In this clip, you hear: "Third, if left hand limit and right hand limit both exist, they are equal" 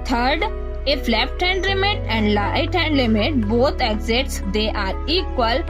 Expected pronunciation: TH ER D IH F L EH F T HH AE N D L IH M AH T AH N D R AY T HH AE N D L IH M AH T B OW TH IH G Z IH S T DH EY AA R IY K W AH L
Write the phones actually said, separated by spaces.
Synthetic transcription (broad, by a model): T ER D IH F L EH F T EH N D L IH M AH T AH N D L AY T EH N D L IH M AH T B OW T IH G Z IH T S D EY AA R IY K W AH L